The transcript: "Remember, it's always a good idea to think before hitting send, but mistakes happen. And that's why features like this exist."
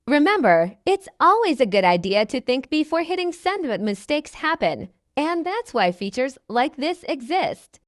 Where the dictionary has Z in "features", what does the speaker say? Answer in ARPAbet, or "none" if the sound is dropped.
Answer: Z